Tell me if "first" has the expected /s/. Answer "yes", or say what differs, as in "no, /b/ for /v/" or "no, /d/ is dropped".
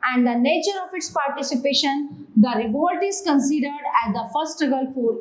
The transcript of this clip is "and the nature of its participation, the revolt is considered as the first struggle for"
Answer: no, /s/ is dropped